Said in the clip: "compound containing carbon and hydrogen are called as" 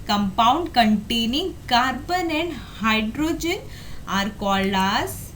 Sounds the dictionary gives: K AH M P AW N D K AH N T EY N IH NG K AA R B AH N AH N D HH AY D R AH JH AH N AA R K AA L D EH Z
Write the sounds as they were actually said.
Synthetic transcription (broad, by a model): K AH M P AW N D K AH N T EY N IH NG K AA R B AH N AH N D HH AY D R AH JH AH N AA R K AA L AA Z